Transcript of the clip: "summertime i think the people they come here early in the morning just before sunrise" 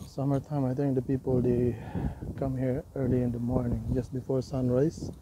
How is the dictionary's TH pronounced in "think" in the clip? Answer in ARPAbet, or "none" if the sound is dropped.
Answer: T